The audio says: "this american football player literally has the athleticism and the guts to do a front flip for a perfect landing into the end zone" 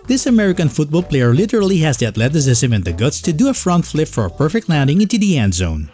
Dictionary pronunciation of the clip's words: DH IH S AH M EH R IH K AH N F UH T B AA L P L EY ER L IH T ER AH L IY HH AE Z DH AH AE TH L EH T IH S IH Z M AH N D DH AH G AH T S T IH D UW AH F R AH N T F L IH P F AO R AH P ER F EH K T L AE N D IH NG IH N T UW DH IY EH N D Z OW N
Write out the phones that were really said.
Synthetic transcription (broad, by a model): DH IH S AH M EH R IH K AH N F UH T B AA L P L EY ER L IH T ER AH L IY HH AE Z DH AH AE T L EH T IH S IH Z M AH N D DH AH G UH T S T IH D UW AH F R AH N T F L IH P F AO R AH P ER F EH K T L AE N D IH NG IH N T UW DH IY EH N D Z OW N